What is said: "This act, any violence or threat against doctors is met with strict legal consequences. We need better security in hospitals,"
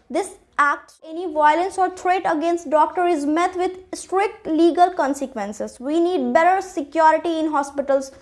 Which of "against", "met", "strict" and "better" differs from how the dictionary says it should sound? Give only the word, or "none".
none